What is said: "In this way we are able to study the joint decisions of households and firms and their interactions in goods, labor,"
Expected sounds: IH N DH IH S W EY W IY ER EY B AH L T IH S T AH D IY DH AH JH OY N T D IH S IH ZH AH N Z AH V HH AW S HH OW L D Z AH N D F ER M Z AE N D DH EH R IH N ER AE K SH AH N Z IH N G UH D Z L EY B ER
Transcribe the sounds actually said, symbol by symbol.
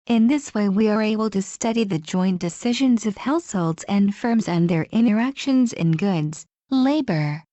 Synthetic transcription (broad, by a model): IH N DH IH S W EY W IY ER EY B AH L T IH S T AH D IY DH AH JH OY N D IH S IH ZH AH N Z AH V HH AW S HH OW L D Z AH N F ER M Z N DH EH R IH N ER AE K SH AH N Z IH N G UH D Z L EY B ER